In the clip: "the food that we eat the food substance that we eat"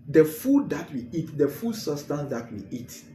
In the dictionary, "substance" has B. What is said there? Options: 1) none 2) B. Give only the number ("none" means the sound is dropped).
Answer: 1